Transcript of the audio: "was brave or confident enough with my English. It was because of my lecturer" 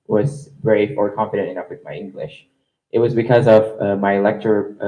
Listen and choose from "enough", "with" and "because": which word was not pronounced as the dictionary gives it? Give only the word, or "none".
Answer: none